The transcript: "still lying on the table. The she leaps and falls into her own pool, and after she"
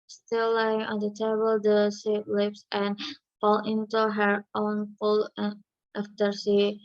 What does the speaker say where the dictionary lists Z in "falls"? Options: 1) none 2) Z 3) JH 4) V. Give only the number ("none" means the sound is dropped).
1